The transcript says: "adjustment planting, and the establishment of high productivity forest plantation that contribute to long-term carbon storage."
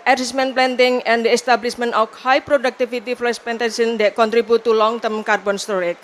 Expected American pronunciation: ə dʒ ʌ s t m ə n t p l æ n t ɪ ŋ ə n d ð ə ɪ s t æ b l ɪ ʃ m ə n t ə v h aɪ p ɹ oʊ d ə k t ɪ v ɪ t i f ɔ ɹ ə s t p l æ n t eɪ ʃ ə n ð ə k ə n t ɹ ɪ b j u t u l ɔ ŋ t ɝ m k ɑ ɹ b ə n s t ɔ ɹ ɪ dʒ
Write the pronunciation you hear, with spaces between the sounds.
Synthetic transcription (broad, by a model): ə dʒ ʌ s m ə n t p l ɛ n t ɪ ŋ ə n d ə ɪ s t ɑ b l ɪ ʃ m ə n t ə f h aɪ p ɹ oʊ d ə k t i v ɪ t i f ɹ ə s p ɛ n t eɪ s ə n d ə k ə n t ɹ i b u t u l ɔ ŋ t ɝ m k ɑ ɹ b ə n s t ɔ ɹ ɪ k